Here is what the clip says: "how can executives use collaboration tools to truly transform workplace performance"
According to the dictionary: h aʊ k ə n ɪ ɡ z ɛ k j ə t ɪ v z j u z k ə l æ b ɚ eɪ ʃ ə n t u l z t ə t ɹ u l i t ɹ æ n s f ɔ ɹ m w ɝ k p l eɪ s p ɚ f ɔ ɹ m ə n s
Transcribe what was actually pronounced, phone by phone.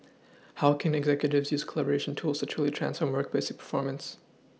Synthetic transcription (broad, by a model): h aʊ k ə n ɪ ɡ z ɛ k j ə t ɪ v z j u z k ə l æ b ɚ eɪ ʃ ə n t u l z t ə t ɹ u l i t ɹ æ n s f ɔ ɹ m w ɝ k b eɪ s p ɚ f ɔ ɹ m ə n s